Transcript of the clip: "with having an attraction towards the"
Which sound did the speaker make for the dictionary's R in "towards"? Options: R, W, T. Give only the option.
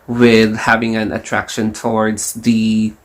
R